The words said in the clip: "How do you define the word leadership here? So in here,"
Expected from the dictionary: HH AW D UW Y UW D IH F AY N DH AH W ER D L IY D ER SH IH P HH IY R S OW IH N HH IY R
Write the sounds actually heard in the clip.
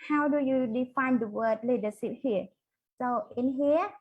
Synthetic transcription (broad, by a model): HH AW D UW Y UW D IH F AY N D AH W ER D L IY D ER S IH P HH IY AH S OW IH N HH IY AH